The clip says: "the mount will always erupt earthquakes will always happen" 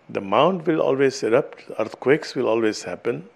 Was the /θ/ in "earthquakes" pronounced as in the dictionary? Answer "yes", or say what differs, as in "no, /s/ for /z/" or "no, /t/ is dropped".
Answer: no, /t/ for /θ/